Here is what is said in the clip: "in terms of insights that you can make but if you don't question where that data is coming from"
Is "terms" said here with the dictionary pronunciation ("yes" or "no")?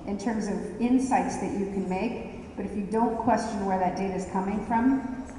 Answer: yes